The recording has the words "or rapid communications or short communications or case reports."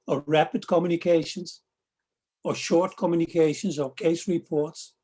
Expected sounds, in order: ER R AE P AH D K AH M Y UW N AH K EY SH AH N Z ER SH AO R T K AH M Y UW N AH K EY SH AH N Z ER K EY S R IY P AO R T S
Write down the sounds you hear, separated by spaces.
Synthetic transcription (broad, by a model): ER R AE P AH D K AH M Y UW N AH K EY SH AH N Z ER SH AO R T K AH M Y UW N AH K EY SH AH N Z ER K EY S R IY P AO R T S